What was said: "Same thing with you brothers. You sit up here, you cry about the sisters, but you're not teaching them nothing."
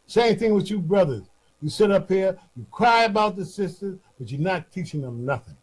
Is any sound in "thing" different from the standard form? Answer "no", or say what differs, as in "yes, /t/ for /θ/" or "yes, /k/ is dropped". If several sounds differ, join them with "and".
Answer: no